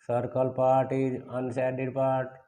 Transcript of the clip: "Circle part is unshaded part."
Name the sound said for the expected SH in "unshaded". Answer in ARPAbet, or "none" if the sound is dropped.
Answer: S